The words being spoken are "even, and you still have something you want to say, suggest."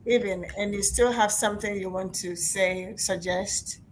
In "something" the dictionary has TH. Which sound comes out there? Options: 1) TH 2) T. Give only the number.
1